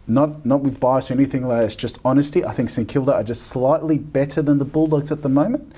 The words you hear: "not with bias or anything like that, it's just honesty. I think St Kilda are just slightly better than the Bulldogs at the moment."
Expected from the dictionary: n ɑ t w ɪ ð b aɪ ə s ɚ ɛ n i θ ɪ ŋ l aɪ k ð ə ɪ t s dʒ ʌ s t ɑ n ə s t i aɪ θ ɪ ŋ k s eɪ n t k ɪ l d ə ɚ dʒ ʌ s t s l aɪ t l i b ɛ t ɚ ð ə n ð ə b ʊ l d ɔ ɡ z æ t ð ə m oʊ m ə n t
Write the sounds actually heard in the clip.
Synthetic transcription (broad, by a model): n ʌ t w ɪ ð b aɪ ə s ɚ ɛ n i θ ɪ ŋ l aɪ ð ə ɪ t s dʒ ʌ s t ɑ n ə s t i aɪ θ ɪ ŋ k s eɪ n k ɪ l d ə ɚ dʒ ʌ s t s l aɪ t l i b ɛ t ɚ ð ə n ð ə b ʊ l d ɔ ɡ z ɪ t ð ə m oʊ m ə n t